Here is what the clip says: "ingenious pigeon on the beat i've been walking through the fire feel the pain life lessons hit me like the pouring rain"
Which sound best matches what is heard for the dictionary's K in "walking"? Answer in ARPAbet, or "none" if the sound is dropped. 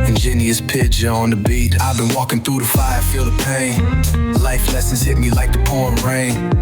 K